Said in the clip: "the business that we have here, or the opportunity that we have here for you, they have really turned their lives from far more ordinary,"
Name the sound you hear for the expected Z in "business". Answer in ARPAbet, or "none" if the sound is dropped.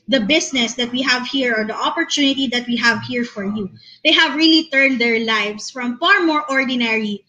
S